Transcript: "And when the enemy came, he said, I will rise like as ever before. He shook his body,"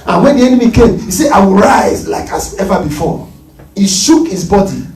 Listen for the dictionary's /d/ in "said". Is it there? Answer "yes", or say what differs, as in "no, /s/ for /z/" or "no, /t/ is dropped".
no, /d/ is dropped